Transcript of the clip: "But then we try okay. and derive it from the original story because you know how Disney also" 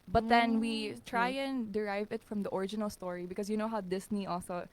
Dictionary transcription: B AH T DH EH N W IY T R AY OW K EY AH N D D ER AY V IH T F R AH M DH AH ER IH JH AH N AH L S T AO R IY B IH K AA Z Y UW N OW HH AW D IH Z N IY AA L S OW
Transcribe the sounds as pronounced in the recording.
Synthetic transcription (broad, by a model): B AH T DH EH N W IY T R AY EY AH N D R AY V IH T F R AH M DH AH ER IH JH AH N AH L S T AO R IY B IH K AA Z Y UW N OW HH AW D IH S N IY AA L S OW